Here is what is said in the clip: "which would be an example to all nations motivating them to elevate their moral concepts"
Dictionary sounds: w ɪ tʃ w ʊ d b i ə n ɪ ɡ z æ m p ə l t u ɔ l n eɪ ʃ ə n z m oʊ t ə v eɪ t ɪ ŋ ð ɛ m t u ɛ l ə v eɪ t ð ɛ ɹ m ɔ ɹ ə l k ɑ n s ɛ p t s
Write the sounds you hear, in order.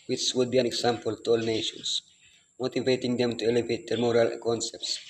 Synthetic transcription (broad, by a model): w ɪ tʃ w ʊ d b i ə n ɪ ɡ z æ m p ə l t u ɔ l n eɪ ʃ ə n s m oʊ t ə v eɪ t ɪ ŋ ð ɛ m t u ɛ l ə v eɪ t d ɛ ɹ m ɔ ɹ ə l k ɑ n s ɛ p t s